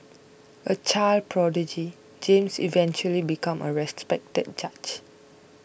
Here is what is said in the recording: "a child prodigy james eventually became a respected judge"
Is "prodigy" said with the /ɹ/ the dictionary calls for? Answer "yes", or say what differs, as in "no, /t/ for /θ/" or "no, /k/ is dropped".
yes